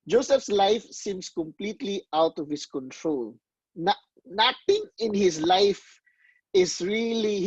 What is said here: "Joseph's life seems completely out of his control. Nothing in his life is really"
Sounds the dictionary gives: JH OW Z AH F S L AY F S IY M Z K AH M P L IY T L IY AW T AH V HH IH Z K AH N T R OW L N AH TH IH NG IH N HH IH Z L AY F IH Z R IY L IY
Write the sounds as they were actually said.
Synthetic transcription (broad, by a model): JH OW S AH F S L AY F S IY M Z K AH M P L IY T L IY AW T AH V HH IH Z K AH N T R OW L N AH T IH NG IH N HH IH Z L AY F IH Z R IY L IY